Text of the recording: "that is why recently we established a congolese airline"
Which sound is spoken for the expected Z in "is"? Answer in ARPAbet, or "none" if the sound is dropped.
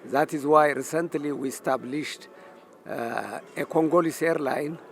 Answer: Z